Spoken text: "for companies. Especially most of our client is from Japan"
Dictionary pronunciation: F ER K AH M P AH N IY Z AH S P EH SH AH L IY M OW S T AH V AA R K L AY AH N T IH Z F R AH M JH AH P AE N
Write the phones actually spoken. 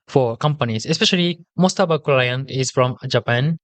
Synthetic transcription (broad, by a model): F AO K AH M P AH N IY S AH S P EH SH AH L IY M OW S T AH B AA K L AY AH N IH S F R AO M JH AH P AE N